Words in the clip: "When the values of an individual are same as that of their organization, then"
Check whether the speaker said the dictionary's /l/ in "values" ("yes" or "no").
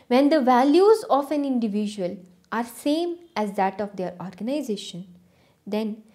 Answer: yes